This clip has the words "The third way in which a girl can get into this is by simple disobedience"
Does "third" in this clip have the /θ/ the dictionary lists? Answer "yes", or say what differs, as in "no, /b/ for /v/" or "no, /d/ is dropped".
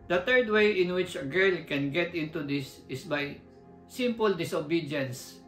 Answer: no, /t/ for /θ/